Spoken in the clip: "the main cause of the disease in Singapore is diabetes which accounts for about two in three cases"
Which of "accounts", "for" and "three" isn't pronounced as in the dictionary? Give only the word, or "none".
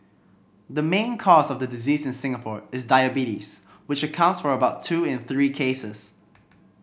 none